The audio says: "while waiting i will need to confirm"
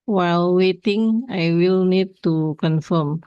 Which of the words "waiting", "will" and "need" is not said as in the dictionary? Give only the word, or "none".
none